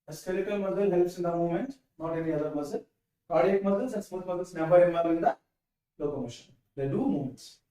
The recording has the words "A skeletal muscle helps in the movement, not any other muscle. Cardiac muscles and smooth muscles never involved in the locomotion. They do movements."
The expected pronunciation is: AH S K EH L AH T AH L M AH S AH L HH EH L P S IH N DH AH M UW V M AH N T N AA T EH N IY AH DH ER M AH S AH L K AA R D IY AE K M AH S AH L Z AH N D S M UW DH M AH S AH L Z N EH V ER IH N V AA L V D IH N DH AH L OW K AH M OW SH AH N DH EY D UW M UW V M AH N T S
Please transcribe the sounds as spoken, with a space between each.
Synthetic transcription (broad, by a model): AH S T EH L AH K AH L M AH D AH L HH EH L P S IH N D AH M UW M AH N T N AA T EH N IY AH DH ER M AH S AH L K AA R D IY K M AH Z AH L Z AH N S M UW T M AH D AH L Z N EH B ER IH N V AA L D IH N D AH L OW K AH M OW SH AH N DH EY D UW M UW M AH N T S